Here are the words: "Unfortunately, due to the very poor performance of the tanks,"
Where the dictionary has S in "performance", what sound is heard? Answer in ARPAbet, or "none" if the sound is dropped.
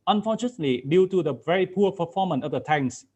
none